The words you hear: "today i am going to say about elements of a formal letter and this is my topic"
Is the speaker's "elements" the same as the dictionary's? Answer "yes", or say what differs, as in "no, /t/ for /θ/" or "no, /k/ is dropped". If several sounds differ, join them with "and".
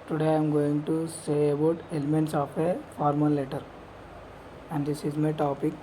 yes